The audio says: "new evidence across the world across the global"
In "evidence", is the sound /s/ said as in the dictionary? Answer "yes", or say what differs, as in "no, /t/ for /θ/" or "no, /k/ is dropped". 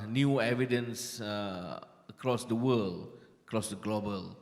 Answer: yes